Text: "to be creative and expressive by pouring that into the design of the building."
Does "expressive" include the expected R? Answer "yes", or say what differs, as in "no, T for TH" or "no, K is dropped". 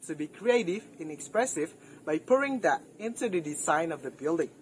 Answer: yes